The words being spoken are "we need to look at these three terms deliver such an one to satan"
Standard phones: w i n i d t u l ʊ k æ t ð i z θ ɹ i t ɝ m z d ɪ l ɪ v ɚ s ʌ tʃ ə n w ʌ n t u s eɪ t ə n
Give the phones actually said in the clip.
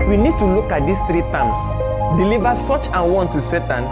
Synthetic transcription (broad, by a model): w i n i d t u l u k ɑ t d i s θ ɹ i t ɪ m s d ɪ l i v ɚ s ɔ tʃ ə n w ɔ n t u s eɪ t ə n